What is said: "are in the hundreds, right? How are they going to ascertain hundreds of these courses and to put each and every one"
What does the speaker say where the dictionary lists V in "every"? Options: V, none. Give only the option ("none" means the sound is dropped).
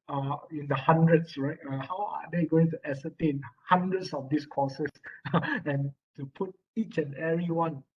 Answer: none